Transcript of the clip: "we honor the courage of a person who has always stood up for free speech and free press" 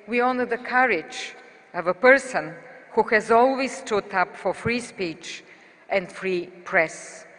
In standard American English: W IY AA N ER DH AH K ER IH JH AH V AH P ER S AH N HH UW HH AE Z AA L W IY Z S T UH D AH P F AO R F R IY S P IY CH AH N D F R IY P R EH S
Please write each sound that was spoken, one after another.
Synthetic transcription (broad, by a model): W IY AA N ER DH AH K ER IH JH AH V AH P ER S AH N HH UW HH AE Z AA L W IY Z S T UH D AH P F AO R F R IY S P IY CH AH N D F R IY P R EH S